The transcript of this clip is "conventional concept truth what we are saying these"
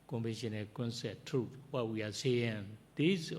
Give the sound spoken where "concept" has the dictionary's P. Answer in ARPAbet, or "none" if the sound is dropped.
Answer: none